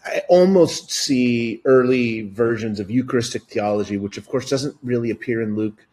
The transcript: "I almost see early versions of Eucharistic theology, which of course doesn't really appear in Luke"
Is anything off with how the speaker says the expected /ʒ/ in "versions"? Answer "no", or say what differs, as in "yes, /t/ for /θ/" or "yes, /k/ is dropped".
no